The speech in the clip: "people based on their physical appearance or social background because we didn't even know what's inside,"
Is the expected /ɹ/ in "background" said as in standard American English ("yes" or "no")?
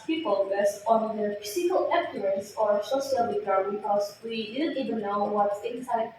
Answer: no